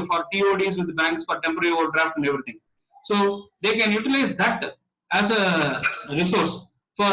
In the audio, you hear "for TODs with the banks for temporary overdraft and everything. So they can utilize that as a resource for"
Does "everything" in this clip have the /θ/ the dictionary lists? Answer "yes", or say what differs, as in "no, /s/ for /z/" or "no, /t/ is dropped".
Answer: no, /t/ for /θ/